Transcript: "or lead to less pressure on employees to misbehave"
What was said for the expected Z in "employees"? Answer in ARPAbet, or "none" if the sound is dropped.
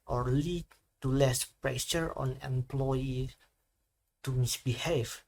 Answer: none